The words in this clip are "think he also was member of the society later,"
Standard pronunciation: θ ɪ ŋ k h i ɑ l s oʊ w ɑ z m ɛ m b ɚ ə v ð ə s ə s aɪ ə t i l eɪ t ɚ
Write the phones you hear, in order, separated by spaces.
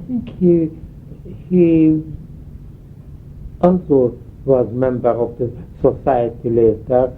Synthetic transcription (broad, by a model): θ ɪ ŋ k h i ɑ l s oʊ w ɑ z m ɛ m b ɚ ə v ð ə s ə s aɪ ə t i l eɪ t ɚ